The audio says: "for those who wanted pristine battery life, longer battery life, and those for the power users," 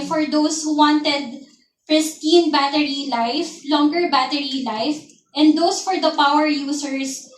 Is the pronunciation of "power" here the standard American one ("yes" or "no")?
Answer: yes